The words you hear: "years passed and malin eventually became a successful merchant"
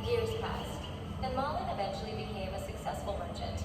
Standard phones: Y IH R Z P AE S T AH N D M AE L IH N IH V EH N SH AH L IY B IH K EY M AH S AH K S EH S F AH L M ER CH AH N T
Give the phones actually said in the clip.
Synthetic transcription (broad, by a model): Y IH R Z P AE S T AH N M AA L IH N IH V EH N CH L IY B IH K EY M AH S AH K S EH S F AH L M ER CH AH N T